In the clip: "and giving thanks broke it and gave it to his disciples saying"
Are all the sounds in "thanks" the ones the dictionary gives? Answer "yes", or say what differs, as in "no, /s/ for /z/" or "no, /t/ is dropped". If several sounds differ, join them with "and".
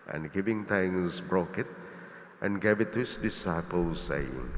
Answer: no, /t/ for /θ/ and /k/ is dropped